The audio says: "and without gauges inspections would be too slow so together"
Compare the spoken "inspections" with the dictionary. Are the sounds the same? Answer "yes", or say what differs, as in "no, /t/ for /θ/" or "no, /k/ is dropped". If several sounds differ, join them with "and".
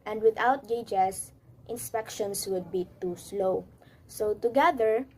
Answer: no, /s/ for /z/